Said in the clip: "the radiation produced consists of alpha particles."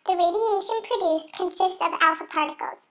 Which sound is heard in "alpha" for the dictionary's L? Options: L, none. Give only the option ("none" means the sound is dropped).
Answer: L